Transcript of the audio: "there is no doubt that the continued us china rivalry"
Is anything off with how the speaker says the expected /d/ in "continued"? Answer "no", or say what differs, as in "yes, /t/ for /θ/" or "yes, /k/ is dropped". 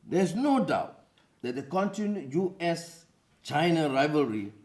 yes, /d/ is dropped